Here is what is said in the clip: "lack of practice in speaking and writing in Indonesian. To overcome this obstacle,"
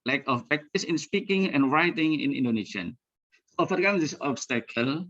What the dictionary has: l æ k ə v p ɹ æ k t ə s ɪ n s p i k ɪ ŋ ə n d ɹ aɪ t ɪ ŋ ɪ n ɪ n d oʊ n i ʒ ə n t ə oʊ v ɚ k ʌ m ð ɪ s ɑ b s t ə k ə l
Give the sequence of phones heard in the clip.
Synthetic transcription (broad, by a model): l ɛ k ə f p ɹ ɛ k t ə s ɪ n s p i k ɪ ŋ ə n ɹ aɪ t ɪ ŋ ɪ n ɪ n d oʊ n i ʃ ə n s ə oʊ f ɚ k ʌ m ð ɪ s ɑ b s t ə k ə l